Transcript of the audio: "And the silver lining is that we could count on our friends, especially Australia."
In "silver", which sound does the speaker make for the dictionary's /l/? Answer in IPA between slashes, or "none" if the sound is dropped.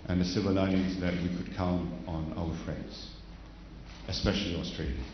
none